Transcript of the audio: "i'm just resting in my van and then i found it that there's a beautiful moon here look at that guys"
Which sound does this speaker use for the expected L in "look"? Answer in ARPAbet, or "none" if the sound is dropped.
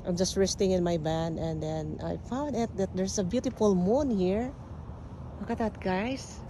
W